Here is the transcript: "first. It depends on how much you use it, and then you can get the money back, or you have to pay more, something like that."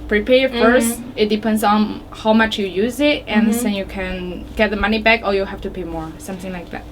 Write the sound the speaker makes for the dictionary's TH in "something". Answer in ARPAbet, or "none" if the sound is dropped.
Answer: TH